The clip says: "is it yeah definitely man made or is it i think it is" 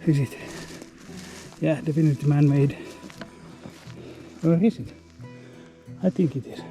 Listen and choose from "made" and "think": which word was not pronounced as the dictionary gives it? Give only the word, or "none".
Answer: think